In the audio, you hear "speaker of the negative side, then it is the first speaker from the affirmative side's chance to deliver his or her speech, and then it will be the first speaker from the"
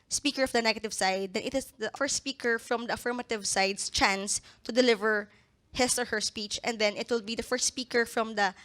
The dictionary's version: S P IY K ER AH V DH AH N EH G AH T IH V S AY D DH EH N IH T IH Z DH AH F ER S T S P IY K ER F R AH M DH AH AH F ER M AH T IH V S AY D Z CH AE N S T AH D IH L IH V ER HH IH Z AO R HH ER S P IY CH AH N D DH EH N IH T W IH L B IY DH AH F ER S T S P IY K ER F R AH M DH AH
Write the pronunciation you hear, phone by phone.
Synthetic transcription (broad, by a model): S P IY K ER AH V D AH N EH G AH T IH V S AY D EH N IH T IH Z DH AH F ER S T S P IY K ER F R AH M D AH AH F ER M AH T IH V S AY D S CH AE N S T AH D IH L IH V ER HH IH S AO R HH ER S P IY CH AH N D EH N IH T W IH L B IY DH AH F ER S T S P IY K ER F R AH M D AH